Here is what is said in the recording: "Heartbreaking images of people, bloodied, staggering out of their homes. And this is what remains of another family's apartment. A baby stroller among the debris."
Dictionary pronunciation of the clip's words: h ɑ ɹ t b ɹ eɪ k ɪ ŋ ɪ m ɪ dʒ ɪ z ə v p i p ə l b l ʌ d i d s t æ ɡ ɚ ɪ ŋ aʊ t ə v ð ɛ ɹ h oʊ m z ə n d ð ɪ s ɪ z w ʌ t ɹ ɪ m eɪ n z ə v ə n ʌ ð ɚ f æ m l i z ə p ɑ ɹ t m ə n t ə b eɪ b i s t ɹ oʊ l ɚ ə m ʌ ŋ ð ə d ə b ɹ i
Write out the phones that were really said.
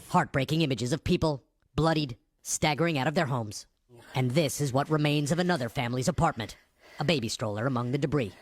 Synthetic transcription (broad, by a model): h ɑ ɹ t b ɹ eɪ k ɪ ŋ ɪ m ɪ dʒ ɪ z ə v p i p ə l b l ʌ d i d s t æ ɡ ɚ ɪ ŋ aʊ t ə v ð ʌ ɹ h oʊ m z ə n ð ɪ s ɪ z w ʌ t ɹ ɪ m eɪ n z ə v ə n ʌ ð ɚ f æ m l i z ə p ɑ ɹ t m ə n t ə b eɪ b i s t ɹ oʊ l ɚ ə m ʌ ŋ ð ə d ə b ɹ i